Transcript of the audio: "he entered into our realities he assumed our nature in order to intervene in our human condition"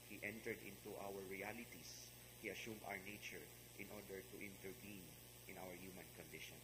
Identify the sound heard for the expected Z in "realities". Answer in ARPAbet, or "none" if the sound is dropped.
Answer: S